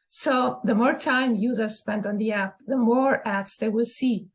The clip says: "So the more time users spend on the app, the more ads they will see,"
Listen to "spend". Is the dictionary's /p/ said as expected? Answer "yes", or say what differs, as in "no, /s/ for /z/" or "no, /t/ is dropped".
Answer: yes